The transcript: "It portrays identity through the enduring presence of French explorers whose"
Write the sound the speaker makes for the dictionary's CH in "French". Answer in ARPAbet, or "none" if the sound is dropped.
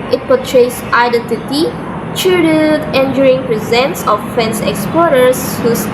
S